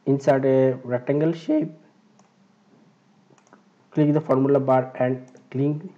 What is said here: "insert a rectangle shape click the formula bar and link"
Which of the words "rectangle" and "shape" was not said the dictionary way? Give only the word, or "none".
rectangle